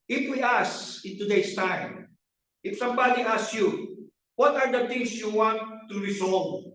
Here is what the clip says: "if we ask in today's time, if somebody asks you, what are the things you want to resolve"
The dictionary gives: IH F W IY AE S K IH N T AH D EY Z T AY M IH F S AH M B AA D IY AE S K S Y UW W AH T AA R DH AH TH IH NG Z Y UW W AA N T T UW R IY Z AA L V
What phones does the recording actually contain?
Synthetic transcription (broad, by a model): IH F W IY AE S IH N T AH D EY S T AY M IH F S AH M B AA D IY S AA S Y UW W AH T AA R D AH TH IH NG S Y UW W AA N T T UW R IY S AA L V